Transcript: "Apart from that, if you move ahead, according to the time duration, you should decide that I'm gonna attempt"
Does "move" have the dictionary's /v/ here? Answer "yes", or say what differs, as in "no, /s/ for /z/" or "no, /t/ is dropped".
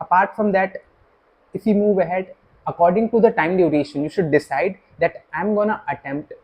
yes